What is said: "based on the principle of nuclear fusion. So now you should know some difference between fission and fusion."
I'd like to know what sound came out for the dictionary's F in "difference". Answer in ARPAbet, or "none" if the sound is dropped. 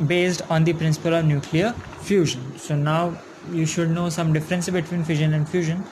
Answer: F